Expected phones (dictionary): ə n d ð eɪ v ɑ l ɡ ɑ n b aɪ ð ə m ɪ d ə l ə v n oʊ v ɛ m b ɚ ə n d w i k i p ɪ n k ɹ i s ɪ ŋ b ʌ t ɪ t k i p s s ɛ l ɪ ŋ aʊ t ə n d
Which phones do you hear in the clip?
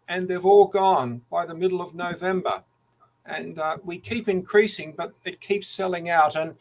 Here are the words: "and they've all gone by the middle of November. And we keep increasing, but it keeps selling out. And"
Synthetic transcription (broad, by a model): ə n ð eɪ v ɑ l ɡ ɑ n b aɪ ð ə m ɪ d l ə v n oʊ v ɛ m b ɚ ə n w i k i p ɪ n k ɹ i s ɪ ŋ b ʌ t ɪ t k i p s s ɛ l ɪ ŋ aʊ t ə n